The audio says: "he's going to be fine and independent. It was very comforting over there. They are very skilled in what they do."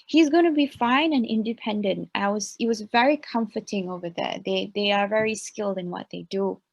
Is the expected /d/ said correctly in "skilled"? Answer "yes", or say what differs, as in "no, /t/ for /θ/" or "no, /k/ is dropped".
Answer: yes